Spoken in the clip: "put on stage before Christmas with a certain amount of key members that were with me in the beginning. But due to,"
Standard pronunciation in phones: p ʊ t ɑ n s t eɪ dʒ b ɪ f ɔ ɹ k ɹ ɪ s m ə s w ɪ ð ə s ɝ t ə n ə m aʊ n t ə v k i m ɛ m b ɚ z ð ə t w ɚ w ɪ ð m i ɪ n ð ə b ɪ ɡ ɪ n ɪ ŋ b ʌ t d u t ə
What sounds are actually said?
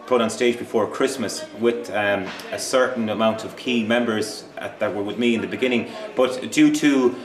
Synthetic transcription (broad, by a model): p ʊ t n s t eɪ dʒ b ɪ f ɔ ɹ k ɹ ɪ s m ə s w ɪ ð ə s ɝ t n ə m aʊ n t ə v k i m ɛ m b ɚ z ð ə t w ɚ w ɪ ð m i ɪ n ð ə b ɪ ɡ ɪ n ɪ ŋ b ʌ t d u t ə